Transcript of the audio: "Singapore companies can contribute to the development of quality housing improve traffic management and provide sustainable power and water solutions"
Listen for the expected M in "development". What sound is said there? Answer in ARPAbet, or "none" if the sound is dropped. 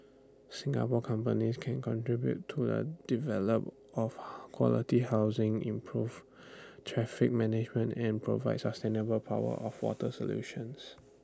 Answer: none